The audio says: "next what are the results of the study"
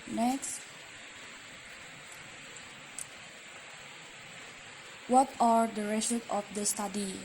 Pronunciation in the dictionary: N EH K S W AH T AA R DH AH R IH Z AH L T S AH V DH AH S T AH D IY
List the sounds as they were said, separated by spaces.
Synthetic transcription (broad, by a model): N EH K S W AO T AA R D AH R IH S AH T AH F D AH S T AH D IY